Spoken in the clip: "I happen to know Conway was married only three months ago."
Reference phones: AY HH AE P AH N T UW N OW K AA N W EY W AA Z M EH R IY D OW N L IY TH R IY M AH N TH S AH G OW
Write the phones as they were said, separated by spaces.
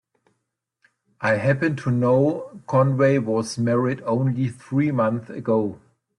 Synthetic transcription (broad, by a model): AY HH AE P AH N T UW N OW K AA N W EY W AA Z M EH R IY D OW N L IY TH R IY M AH N TH AH G OW